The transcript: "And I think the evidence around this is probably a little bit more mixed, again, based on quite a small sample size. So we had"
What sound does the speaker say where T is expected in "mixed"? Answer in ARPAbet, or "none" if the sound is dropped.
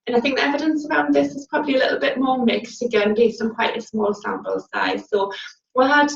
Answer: T